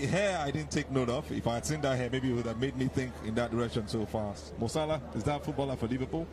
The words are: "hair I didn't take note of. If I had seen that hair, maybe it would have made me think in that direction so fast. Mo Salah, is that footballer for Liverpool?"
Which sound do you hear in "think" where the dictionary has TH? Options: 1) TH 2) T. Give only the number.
1